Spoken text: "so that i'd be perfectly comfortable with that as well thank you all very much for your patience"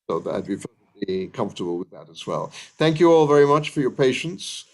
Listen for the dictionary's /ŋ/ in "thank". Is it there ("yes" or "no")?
yes